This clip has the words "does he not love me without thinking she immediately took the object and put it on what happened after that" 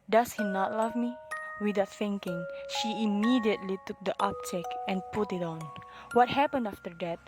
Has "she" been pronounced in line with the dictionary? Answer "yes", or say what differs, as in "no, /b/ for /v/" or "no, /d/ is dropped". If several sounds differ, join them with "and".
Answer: yes